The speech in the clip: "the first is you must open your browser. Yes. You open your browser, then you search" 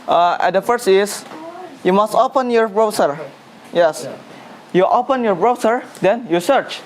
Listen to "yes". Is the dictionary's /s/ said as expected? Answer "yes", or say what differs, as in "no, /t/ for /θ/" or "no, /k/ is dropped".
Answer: yes